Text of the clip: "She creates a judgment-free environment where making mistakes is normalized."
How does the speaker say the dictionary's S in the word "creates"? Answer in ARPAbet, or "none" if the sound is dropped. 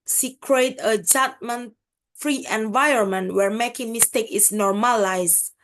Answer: none